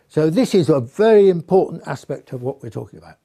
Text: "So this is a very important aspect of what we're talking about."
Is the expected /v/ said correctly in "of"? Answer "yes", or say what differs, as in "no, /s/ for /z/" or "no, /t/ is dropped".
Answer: yes